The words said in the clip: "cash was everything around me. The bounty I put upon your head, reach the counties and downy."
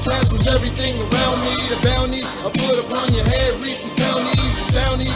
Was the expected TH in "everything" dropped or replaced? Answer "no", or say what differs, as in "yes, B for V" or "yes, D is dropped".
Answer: no